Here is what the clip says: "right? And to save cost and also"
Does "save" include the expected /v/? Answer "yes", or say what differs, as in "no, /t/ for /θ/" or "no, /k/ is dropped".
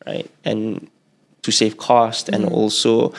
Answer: no, /f/ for /v/